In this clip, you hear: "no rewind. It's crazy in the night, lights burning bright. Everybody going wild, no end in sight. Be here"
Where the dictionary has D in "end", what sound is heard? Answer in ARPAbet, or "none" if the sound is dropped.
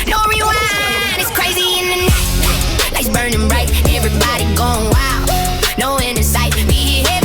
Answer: none